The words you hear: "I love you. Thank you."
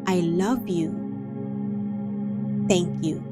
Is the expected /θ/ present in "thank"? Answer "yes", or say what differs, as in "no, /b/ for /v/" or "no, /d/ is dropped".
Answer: no, /t/ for /θ/